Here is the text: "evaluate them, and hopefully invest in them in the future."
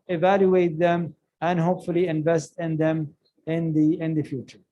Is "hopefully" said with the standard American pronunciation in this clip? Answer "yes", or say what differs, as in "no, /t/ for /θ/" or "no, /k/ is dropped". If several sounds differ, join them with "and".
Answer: yes